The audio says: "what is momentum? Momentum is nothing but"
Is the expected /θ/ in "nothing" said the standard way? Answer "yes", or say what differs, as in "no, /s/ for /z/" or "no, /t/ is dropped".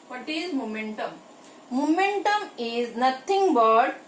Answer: no, /t/ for /θ/